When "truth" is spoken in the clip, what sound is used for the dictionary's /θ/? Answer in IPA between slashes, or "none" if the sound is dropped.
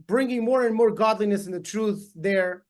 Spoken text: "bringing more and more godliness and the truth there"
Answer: /θ/